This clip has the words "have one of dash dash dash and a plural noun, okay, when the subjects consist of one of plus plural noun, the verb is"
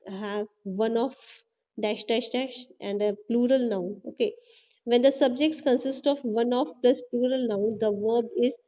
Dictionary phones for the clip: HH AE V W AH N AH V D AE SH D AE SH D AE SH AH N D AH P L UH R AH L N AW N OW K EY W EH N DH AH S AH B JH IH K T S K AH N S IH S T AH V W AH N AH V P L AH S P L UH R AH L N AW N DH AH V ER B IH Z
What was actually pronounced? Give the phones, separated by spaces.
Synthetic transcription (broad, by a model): HH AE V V AH N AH F D AE SH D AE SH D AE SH AH N D AH P L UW R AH L N AW N OW K EY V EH N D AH S AH B JH IH K T S K AH N S IH S T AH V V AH N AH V P L AH S P L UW R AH L N AW N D AH V ER B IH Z